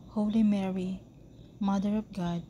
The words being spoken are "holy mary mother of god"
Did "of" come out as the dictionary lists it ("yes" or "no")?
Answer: no